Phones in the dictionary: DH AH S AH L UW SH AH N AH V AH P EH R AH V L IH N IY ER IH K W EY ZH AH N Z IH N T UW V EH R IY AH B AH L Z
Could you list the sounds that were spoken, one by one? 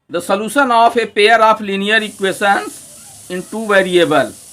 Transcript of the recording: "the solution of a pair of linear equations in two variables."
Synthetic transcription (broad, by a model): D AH S AH L UW SH AH N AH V AH P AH R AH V L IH N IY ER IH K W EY S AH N S IH N T UW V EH R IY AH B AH L